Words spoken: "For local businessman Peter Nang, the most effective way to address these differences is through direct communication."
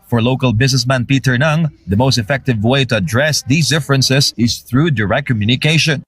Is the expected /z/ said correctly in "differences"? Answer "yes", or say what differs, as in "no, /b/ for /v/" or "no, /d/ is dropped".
no, /s/ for /z/